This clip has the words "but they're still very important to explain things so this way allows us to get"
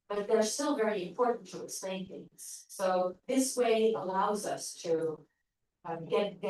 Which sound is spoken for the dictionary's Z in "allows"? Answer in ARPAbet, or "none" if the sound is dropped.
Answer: Z